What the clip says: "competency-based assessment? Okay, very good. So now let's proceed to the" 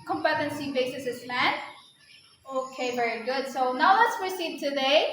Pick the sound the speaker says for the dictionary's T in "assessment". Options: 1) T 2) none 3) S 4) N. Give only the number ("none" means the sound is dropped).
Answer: 2